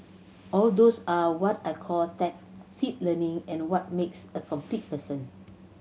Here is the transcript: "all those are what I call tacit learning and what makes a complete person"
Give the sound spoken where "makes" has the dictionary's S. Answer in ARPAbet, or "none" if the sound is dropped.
S